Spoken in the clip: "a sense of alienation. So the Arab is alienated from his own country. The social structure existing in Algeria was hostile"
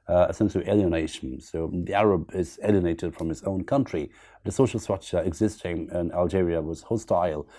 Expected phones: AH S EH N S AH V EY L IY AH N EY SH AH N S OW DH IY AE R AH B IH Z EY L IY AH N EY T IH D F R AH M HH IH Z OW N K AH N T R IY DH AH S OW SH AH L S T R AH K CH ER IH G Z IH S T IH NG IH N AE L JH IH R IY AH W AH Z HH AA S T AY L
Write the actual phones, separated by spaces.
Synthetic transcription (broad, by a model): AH S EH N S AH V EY L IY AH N EY SH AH N S OW DH IY AE R AH B IH Z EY L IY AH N EY T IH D F R AH M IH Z OW N K AH N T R IY DH AH S OW SH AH L S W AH CH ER IH G Z IH S T IH NG IH N AE L JH IH R IY AH W AH Z HH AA S T AY L